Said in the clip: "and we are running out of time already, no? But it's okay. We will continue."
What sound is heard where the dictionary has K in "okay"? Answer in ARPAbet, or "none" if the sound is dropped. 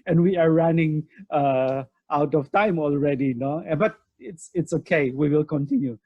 K